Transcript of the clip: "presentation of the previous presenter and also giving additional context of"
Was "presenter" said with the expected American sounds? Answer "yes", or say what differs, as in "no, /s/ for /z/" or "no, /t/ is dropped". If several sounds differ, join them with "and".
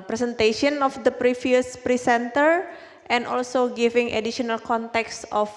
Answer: no, /s/ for /z/